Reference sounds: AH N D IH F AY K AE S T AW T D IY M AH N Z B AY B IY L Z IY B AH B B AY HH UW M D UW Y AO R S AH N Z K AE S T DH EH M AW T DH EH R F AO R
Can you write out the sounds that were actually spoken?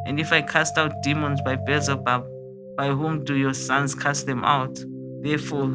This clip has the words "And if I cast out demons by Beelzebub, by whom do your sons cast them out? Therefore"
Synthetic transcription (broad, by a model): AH N D IH F AY K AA S T AW T D IY M AH N Z B AY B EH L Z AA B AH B B AY HH UW M D UW Y AO S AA N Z K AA S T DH EH M AW T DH EH F AO